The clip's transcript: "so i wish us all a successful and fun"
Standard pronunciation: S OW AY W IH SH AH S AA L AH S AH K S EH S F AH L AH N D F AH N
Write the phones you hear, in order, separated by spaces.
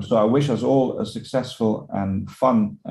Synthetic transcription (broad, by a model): S OW AY W IH SH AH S AA L AH S AH K S EH S F AH L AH N F AH N